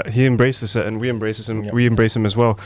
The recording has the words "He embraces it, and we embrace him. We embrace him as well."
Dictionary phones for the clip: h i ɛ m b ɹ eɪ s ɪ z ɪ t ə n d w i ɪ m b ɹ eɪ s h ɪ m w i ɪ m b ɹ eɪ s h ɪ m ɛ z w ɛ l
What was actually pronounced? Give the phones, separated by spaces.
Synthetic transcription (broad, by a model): h i ɛ m b ɹ eɪ s ɪ z ɪ t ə n w i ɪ m b ɹ eɪ s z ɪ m w i ɪ m b ɹ eɪ s h ɪ m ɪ z w ɛ l